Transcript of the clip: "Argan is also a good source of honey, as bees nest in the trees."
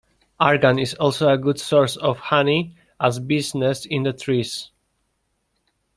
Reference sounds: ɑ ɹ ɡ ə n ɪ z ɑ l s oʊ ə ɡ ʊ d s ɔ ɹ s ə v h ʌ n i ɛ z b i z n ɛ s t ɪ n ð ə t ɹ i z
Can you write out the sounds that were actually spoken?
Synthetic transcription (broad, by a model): ɑ ɹ ɡ ə n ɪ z ɑ l s oʊ ə ɡ ʊ d s ɔ ɹ s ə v h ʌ n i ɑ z b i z n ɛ s ɪ n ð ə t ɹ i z